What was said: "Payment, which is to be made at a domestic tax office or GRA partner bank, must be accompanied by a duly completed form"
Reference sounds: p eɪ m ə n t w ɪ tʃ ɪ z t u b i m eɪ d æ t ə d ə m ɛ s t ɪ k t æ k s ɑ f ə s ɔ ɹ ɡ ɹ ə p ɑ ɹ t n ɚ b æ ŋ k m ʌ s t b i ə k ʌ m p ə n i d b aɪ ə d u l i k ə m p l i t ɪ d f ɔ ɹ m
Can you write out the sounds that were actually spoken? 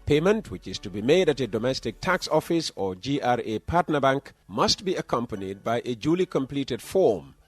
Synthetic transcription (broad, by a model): p eɪ m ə n t w ɪ tʃ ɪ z t u b i m eɪ d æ t ə d ə m ɛ s t ɪ k t æ k s ɑ f ə s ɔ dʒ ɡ ɹ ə p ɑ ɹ t n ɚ b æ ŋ k m ʌ s t b i ə k ʌ m p ə n i d b aɪ ə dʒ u l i k ə m p l i t ɪ d f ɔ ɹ m